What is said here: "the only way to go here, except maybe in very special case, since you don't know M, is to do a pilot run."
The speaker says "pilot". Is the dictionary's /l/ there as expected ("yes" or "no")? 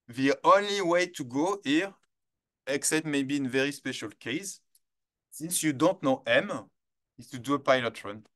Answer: yes